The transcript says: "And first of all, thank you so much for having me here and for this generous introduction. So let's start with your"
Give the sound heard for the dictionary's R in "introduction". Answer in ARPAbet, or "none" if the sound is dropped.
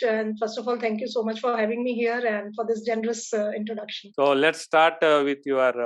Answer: R